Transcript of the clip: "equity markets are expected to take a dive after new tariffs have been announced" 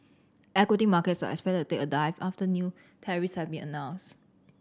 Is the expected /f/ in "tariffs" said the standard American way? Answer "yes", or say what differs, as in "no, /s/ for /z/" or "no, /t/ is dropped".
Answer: no, /f/ is dropped